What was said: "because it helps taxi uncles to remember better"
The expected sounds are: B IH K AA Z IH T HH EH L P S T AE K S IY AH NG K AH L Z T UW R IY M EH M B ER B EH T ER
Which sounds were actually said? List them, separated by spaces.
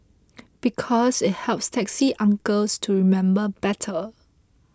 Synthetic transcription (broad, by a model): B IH K AA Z IH T HH EH L P S T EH K S IY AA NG K AH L S T UW R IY M EH M B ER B EH T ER